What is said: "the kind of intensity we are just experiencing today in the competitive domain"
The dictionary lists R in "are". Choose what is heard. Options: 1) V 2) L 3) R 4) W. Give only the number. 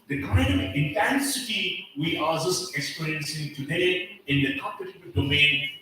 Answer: 2